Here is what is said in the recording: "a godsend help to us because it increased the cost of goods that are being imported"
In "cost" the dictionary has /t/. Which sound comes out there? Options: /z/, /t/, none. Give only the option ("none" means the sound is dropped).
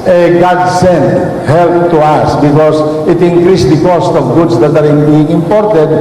/t/